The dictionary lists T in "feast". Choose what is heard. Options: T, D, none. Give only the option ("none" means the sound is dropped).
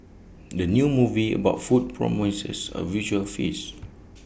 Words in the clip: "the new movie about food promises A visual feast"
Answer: none